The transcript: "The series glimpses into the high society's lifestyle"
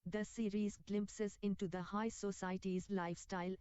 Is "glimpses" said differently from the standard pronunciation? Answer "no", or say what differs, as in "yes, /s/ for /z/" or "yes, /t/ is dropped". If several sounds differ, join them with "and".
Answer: no